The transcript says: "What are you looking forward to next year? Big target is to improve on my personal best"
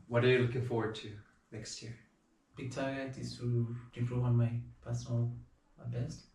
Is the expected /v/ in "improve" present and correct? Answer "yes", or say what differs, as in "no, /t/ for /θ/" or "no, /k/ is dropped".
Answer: no, /v/ is dropped